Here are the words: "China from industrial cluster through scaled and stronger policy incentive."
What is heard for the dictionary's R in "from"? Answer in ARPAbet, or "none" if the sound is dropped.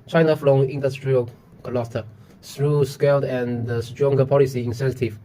L